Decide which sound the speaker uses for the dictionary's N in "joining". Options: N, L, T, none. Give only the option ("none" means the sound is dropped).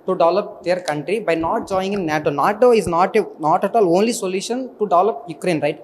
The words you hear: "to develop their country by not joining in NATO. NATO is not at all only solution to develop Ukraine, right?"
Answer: none